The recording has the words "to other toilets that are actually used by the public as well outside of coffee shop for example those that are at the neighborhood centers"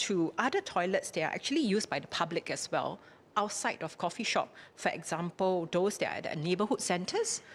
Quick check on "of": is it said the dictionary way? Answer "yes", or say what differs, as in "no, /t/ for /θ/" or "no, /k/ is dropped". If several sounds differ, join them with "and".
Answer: no, /f/ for /v/